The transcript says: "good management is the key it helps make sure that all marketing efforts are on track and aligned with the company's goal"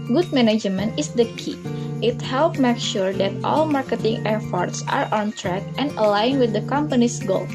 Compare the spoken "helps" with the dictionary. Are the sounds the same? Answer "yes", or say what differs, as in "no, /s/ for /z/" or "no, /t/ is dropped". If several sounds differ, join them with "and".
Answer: no, /s/ is dropped